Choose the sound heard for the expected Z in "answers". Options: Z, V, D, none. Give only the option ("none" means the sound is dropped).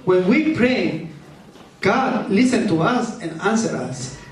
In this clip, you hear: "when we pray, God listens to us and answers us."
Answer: none